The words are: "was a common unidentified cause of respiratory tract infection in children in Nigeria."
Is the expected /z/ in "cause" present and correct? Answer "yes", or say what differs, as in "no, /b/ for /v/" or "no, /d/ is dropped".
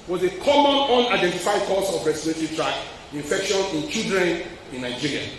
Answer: no, /s/ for /z/